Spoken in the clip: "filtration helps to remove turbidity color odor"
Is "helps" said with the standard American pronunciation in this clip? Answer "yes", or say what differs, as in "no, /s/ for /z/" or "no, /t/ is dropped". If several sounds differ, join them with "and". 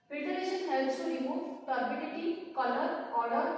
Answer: no, /p/ is dropped